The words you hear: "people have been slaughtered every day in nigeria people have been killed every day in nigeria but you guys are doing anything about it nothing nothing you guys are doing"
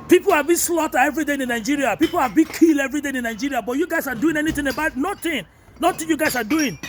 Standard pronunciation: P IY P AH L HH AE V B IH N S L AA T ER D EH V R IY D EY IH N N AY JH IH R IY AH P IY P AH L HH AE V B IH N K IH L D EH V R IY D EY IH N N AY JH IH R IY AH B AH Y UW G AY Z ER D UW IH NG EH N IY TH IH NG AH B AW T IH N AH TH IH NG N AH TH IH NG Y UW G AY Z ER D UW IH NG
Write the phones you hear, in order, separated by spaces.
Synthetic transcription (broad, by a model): P IY P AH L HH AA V B IH N S L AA T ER EH V R IY D EY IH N N AY JH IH R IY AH P IY P AH L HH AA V B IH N K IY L EH V R IY D EY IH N N AY JH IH R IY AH B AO Y UW G AY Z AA D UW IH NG EH N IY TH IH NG AH B AW T N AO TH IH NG N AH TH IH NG Y UW G AY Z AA D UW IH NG